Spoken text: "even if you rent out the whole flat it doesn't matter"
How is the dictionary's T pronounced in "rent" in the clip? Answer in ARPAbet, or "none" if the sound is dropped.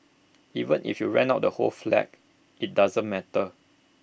none